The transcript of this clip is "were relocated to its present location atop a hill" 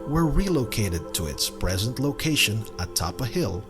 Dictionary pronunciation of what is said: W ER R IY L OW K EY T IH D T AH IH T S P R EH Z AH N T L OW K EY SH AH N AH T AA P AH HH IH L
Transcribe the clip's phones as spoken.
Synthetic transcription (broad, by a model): W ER R IY L OW K EY T IH D T AH IH T S P R EH Z AH N T L OW K EY SH AH N AH T AA P AH HH IH L